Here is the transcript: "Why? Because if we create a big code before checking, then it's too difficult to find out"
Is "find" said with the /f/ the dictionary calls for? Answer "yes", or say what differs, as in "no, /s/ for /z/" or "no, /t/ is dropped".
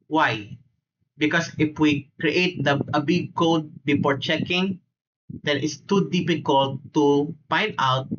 no, /p/ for /f/